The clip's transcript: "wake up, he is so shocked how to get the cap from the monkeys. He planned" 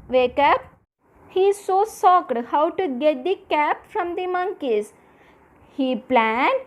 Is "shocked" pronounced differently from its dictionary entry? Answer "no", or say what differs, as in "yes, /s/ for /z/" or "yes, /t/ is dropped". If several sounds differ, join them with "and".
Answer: yes, /s/ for /ʃ/